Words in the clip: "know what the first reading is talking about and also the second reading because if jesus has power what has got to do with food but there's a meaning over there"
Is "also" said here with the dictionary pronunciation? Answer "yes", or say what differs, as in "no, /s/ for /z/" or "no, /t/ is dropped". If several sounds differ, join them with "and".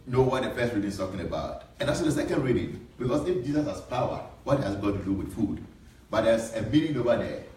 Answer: no, /l/ is dropped